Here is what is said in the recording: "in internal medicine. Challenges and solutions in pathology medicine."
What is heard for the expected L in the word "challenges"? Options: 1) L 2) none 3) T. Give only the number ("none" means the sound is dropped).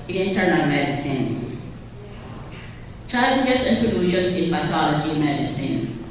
2